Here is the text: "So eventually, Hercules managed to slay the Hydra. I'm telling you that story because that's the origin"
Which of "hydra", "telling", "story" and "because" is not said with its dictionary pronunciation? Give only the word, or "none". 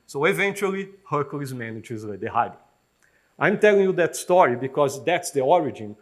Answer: hydra